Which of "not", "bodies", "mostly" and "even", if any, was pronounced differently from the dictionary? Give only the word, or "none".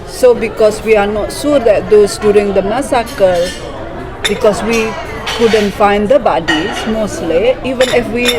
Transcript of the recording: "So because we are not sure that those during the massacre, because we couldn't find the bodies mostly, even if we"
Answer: bodies